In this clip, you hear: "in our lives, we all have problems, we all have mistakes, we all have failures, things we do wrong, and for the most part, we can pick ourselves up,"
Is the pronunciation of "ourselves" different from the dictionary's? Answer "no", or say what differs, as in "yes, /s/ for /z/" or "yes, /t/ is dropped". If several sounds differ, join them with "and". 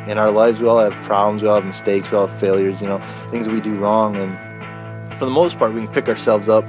no